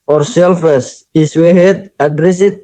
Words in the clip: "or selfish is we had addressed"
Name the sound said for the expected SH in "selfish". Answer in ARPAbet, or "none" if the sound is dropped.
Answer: S